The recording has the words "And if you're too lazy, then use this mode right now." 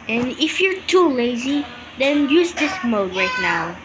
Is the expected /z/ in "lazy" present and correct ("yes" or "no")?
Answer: yes